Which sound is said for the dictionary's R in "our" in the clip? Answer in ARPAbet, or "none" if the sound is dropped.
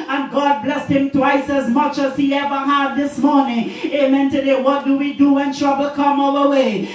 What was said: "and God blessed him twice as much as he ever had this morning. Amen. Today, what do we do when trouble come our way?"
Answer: L